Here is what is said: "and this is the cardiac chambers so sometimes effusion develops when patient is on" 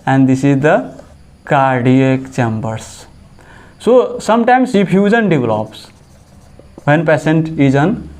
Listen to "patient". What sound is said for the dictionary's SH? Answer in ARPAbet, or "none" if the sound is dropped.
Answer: S